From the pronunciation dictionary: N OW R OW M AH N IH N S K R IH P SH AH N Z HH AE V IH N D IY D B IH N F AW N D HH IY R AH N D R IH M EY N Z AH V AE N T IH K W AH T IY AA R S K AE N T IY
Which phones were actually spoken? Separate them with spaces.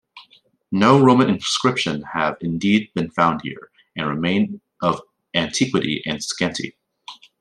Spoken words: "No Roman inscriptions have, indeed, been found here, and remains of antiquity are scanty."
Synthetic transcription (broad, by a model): N OW R OW M AH N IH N S K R IH P SH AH N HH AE V IH N D IY D B IH N F AW N D HH IY R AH N R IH M EY N AH V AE N T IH K W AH T IY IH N S K AE N T IY